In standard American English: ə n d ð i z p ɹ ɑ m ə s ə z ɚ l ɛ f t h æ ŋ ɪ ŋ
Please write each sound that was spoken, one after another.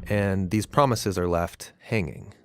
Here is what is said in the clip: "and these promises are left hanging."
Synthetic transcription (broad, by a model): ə n ð i z p ɹ ɑ m ə s ə z ɚ l ɛ f t h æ ŋ ɪ ŋ